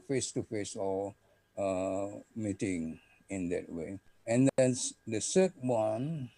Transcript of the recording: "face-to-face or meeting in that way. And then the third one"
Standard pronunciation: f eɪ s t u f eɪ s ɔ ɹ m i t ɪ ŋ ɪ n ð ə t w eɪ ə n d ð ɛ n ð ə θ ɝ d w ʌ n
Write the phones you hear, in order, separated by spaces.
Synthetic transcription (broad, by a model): f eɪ s t u f eɪ s ɔ l m i t ɪ ŋ ɪ n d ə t w eɪ ə n d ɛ n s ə s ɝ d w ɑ n